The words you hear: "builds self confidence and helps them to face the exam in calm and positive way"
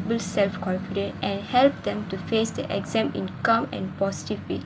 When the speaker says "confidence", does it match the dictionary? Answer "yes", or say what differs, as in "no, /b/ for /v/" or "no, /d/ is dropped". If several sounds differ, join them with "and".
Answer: no, /s/ is dropped